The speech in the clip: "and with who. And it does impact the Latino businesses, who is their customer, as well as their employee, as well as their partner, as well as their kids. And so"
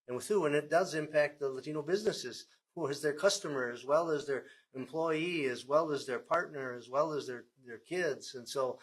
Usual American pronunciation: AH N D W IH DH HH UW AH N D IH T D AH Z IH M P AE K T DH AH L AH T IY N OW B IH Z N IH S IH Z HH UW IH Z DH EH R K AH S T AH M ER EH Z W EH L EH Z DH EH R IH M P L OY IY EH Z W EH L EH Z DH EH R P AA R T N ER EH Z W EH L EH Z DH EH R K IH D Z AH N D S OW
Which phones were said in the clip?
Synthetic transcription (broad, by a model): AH N W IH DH HH UW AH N IH T D AH Z IH M P AE K T DH AH L AH T IY N OW B IH Z N IH S IH Z HH UW IH Z DH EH R K AH S T AH M ER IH Z W EH L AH Z DH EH R IH M P L OY IY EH Z W EH L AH Z DH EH R P AA R T N ER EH Z W EH L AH Z DH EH R K IH D Z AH N S OW